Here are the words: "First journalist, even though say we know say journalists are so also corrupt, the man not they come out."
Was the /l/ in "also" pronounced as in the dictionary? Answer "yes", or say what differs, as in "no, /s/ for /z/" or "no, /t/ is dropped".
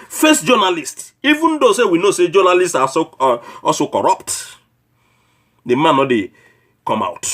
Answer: no, /l/ is dropped